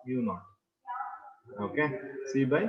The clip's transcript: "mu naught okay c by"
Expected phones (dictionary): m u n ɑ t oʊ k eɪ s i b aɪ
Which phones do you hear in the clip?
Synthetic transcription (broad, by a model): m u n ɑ oʊ k eɪ s i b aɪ